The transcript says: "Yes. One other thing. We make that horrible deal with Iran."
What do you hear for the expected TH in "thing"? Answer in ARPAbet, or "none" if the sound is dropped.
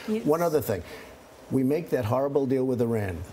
TH